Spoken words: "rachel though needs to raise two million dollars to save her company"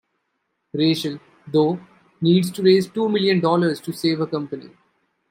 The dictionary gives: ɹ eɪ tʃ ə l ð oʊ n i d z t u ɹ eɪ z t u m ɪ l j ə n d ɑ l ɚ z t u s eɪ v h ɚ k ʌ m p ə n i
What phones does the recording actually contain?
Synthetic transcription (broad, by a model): ɹ eɪ ʃ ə l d oʊ n i d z t u ɹ eɪ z t u m ɪ l j ə n d ɑ l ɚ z t u s eɪ v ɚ k ʌ m p ə n i